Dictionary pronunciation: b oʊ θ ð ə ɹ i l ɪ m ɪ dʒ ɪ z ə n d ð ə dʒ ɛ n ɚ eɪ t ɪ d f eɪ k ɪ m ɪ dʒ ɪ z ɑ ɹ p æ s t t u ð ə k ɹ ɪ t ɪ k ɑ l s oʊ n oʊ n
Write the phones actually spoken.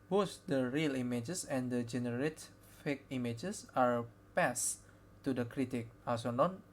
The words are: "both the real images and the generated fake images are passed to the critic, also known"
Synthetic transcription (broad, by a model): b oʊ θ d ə ɹ i l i m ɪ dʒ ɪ s ə n d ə dʒ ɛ n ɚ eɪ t f eɪ k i m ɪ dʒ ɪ s ɑ ɹ p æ s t t u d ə k ɹ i t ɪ k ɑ s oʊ n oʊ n